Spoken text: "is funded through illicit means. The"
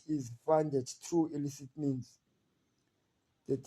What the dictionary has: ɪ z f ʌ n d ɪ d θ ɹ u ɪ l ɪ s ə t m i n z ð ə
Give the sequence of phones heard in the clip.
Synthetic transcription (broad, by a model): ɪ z f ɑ n d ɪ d t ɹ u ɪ l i s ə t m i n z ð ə